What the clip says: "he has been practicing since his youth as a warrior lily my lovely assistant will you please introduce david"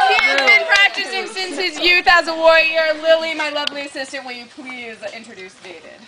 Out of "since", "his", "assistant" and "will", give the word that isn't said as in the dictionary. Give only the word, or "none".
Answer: will